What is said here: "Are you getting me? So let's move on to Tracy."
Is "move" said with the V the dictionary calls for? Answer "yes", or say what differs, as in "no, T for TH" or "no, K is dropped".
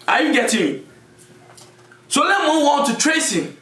no, W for V